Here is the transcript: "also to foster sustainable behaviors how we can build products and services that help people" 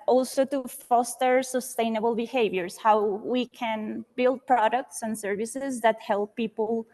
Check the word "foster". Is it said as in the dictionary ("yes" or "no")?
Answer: yes